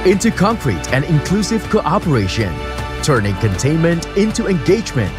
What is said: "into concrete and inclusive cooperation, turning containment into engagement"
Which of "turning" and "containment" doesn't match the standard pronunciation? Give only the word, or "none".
none